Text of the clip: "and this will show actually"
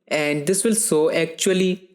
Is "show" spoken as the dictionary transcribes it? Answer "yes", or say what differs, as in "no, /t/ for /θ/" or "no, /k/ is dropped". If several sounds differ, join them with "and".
no, /s/ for /ʃ/